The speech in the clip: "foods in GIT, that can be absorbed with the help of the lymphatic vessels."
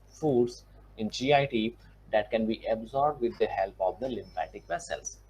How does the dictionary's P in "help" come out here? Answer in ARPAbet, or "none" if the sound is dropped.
P